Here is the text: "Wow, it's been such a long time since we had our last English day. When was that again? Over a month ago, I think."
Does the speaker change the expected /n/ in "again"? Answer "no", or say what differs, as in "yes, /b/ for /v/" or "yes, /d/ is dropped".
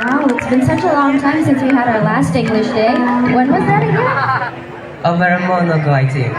yes, /n/ is dropped